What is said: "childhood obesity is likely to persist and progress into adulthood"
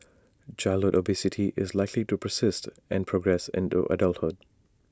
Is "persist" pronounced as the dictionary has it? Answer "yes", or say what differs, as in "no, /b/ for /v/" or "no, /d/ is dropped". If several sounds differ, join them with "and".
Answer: yes